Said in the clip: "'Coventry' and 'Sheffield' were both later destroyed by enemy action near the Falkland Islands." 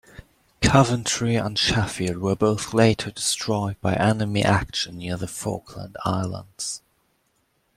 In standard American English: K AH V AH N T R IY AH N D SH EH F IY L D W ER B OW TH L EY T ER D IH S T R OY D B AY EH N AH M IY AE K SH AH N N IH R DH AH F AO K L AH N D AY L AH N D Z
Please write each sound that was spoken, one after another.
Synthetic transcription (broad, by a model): K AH V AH N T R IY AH N SH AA F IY D W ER B OW TH L EY T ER D IH S T R OY D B AY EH N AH M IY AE K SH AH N N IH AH DH AH F AO K L AH N D AY L AH N D Z